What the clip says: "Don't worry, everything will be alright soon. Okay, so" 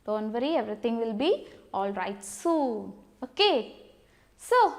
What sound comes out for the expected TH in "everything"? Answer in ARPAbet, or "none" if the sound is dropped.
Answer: T